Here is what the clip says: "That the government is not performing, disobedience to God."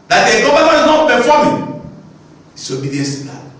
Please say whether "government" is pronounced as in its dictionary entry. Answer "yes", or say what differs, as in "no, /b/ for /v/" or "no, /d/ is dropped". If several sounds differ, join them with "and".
no, /t/ is dropped